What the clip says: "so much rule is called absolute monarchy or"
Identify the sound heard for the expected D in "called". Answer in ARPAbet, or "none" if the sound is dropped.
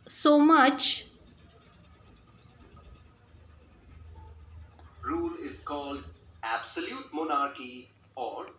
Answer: D